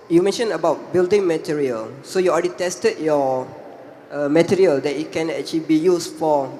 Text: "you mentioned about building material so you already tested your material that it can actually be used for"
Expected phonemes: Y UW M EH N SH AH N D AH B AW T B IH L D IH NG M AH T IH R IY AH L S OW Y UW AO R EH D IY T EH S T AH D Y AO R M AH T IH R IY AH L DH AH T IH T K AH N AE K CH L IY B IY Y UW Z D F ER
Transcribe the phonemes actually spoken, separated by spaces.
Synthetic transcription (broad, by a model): Y UW M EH N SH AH N AH B AW T B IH L D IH NG M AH T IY R IY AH L S OW Y UW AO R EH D IY T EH S T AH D Y AO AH M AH T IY R IY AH L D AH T IH T K AH N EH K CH L IY B IY Y UW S F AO